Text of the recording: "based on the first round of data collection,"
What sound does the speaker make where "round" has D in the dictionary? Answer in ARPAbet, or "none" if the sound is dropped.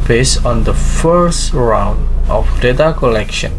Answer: D